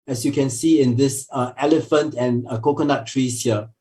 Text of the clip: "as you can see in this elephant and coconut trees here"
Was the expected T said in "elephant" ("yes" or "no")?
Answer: yes